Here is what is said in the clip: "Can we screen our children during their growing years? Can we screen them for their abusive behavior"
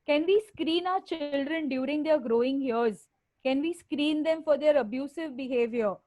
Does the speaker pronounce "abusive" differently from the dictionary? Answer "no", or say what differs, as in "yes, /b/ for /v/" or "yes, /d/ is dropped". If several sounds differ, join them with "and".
no